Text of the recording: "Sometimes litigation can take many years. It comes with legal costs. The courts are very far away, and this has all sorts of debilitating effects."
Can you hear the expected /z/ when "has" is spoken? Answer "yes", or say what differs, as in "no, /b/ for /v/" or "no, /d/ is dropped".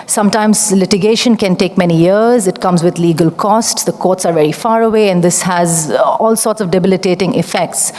yes